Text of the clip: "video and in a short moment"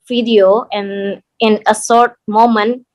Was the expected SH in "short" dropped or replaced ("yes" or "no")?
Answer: yes